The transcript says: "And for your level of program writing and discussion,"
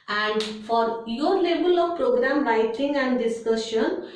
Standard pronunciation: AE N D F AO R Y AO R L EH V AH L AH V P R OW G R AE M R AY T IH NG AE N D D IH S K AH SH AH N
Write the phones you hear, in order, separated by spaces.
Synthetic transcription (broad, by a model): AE N D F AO R Y AO R L EH B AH L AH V P R OW G R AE M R AY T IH NG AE N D D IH S K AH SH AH N